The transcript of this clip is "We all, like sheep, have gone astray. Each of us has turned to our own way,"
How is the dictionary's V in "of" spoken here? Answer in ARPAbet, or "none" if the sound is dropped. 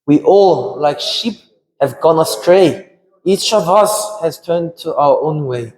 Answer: V